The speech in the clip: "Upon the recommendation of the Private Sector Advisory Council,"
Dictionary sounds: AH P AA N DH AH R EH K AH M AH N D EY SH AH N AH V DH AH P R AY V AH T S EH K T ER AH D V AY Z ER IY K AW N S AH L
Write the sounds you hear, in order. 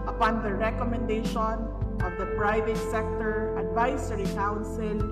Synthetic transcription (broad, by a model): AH P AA N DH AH R EH K AH M AH N D EY SH AH N AH V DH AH P R AY V AH T S EH K T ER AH D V AY S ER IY K AW N S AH L